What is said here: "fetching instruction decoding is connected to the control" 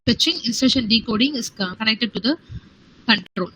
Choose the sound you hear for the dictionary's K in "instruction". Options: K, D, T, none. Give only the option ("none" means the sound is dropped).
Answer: none